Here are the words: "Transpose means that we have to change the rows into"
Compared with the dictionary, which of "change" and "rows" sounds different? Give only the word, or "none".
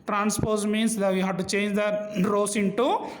rows